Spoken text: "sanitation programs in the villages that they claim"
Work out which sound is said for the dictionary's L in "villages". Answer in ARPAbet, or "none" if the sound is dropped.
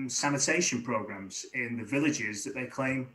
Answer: L